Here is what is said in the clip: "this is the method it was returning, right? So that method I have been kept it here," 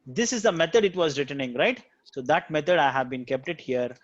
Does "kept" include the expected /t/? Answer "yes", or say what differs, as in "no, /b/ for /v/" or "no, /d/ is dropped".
yes